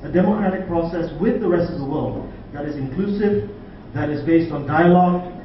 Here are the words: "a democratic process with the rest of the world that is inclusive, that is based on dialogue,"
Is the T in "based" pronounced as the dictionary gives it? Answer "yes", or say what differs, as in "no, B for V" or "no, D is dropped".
yes